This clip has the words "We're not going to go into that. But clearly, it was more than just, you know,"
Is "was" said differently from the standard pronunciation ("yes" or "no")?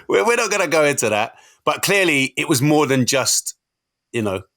no